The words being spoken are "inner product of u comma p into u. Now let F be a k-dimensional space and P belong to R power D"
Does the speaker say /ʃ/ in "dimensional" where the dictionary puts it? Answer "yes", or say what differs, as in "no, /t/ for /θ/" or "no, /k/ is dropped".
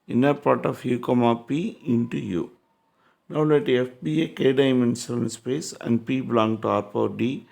no, /s/ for /ʃ/